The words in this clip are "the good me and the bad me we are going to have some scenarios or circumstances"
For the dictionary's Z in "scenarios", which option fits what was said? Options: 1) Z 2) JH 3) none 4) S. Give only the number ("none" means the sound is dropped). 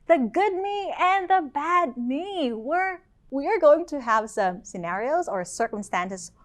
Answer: 1